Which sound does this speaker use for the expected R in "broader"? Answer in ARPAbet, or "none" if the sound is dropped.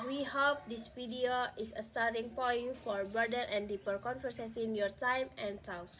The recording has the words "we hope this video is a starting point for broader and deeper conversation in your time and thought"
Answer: none